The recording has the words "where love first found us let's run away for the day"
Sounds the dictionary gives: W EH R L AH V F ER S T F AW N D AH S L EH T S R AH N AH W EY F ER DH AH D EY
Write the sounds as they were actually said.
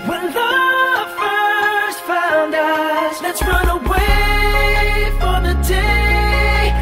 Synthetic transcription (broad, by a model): W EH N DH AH F ER S T F AW N D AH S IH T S R AH N AH W EY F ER DH AH D EY